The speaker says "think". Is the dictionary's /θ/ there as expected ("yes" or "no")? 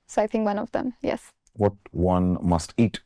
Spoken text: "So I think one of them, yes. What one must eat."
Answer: yes